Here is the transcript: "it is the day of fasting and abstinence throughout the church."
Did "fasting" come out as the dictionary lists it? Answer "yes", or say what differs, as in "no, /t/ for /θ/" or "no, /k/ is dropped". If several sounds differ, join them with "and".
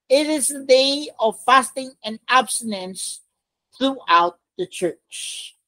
yes